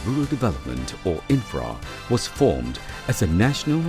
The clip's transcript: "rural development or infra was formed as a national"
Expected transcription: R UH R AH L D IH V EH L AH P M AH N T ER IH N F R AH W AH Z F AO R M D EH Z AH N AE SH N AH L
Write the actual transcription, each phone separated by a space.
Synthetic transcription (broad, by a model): R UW R L D IH V EH L AH P M AH N T ER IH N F R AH W AH Z F AO R M D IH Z AH N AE SH N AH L